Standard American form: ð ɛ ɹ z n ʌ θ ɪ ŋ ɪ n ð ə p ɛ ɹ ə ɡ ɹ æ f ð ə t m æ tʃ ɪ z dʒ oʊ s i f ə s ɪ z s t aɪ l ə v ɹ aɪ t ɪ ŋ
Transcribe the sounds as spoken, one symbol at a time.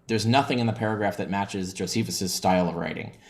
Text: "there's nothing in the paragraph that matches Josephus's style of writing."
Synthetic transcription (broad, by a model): ð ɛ ɹ z n ʌ θ ɪ ŋ ɪ n ð ə p ɛ ɹ ə ɡ ɹ æ f ð ə t m æ tʃ ɪ z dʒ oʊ s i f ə s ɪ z s t aɪ l ə v ɹ aɪ t ɪ ŋ